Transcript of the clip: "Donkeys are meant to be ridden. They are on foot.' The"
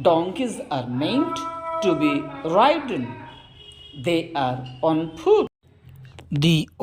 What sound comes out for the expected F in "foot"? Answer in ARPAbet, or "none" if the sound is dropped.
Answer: P